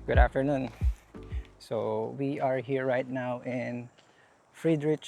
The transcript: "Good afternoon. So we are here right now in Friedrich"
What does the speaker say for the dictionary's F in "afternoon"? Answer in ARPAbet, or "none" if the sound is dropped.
F